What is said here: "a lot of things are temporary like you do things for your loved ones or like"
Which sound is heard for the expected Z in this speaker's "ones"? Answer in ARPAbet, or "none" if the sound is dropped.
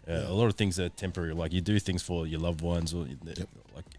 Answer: Z